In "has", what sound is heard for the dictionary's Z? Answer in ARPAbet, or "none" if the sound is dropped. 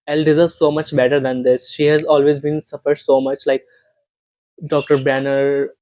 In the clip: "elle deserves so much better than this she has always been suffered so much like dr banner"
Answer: Z